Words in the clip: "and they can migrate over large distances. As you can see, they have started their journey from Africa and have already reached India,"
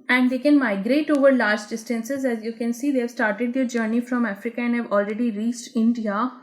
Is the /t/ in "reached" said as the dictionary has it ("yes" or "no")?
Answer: yes